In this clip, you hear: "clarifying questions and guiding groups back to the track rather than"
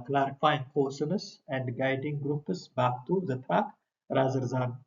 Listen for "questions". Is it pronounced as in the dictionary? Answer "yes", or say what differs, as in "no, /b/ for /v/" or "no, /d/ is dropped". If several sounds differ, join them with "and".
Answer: no, /tʃ/ is dropped